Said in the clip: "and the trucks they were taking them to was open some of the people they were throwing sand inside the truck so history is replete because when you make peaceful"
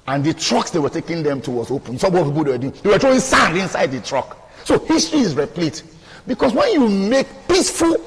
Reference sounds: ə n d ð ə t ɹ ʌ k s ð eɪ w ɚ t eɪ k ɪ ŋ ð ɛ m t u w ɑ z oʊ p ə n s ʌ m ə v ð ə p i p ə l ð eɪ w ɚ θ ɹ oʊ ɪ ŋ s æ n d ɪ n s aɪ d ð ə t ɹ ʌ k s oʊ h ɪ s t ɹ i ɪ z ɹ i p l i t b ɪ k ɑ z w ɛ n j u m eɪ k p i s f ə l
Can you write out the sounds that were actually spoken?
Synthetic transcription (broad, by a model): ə n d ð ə t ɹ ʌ k s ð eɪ w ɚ t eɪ k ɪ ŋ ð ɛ m t u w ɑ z oʊ p ə n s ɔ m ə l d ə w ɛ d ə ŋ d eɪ w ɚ t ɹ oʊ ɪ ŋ s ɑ n d ɪ n s aɪ d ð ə t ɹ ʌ k s oʊ h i s t ɹ i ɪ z ɹ i p l i t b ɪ k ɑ s w ɛ n j u m eɪ k p i s f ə l